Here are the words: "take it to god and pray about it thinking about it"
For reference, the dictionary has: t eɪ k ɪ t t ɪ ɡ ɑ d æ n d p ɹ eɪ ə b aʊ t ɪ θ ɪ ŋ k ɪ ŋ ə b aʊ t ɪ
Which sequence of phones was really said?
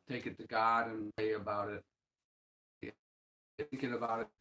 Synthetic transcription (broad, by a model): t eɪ k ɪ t t ɪ ɡ ɑ d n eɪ ə b aʊ t ɪ t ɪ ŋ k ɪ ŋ ə b aʊ t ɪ